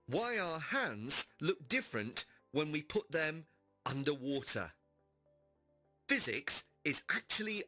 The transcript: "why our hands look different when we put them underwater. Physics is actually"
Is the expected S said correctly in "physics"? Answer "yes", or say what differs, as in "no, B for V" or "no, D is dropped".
yes